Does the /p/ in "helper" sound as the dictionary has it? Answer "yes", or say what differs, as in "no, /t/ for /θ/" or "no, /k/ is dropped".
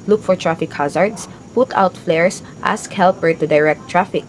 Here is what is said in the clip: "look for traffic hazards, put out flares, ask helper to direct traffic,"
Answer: yes